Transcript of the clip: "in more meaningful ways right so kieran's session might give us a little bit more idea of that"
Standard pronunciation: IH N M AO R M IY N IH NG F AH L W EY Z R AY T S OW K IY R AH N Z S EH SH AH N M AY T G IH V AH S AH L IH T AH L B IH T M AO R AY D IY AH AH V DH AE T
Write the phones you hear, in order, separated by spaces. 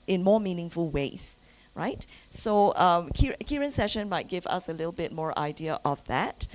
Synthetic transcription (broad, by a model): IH N M AO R M IY N IH NG F AH L W EY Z R AY T S OW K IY R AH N S EH SH AH N M AY T G IH V AH S AH L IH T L B IH T M AO R AY D IY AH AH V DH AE T